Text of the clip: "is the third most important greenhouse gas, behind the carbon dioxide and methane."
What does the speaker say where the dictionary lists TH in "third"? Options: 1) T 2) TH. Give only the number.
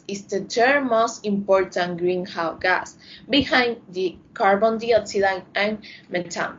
1